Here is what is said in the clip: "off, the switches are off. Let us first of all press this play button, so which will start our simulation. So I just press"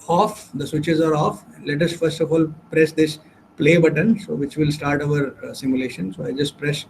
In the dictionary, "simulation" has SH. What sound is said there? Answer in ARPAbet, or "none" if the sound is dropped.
SH